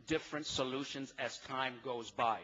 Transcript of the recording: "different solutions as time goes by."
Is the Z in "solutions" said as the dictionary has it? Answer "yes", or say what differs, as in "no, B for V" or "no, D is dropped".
yes